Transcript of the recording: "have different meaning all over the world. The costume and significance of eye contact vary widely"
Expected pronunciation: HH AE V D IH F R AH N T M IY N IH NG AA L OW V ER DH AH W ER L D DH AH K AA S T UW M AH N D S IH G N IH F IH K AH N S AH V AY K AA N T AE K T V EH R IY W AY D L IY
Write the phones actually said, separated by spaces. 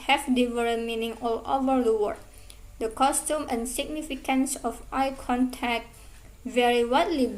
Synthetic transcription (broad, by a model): HH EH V D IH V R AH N M IY N IH NG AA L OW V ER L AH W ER D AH K AA S T UW M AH N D S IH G N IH F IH K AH N S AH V AY K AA N T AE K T V EH R IY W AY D L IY